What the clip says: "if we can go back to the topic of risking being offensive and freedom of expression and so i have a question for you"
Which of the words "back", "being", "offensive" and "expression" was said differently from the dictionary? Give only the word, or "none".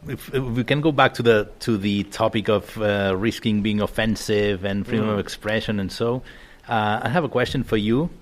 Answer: none